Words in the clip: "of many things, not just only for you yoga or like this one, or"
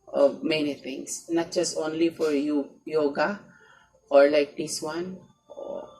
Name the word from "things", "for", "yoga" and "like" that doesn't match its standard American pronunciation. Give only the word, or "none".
things